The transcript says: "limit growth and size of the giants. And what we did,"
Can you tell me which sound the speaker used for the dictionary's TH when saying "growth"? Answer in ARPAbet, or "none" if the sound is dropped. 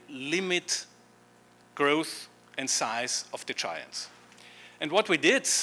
TH